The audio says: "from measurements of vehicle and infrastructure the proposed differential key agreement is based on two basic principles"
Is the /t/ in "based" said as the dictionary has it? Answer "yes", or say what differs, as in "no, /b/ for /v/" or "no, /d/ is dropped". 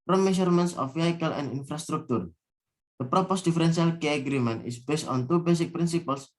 yes